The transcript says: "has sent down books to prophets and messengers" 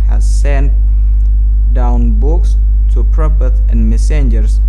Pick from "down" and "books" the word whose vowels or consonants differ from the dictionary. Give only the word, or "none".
none